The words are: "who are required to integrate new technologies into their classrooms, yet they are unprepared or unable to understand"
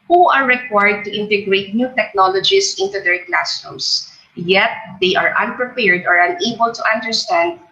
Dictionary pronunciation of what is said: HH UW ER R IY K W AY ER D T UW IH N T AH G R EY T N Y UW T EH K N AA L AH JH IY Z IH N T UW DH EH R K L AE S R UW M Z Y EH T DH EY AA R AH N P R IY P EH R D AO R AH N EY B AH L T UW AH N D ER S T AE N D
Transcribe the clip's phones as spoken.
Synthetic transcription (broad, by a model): HH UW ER R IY K W AY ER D T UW IH N T AH G R EY T N Y UW T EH K N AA L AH JH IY S IH N T UW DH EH R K L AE S UW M S Y EH T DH EY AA R AH N P R IY P EH R D AO R AH N EY B AH L T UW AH N D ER S T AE N D